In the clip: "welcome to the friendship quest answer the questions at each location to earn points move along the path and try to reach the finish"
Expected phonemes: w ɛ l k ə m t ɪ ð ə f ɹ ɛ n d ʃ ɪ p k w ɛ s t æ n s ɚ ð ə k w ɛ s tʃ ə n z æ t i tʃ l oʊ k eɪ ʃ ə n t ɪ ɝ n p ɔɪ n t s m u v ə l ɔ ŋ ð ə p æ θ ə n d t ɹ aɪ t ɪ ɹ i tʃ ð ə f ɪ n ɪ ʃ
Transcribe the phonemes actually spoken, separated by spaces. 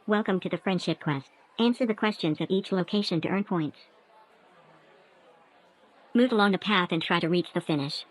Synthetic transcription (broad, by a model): w ɛ l k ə m t ɪ ð ə f ɹ ɛ n d ʃ ɪ p k w ɛ s t æ n s ɚ ð ə k w ɛ s tʃ ə n z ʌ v i tʃ l oʊ k eɪ ʃ ə n t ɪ ɝ n p ɔɪ n t s m u v ə l ɔ ŋ ð ə p æ θ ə n t ɹ aɪ t ɪ ɹ i tʃ ð ə f ɪ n ɪ ʃ